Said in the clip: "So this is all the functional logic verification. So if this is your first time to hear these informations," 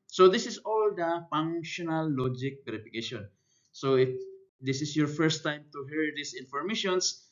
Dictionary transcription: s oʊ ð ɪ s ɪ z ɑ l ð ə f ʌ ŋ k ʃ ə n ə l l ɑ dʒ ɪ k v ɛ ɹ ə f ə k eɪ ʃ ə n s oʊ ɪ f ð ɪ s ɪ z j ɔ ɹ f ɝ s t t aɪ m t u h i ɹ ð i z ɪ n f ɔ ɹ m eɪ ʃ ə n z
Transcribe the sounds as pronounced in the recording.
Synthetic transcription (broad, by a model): s oʊ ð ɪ s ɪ s ɑ l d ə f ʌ ŋ ʃ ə n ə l l ɑ dʒ ɪ k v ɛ ɹ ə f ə k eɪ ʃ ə n s oʊ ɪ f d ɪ s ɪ s j ɔ ɹ f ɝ s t t aɪ m t u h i ɹ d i s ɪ n f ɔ ɹ m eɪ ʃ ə n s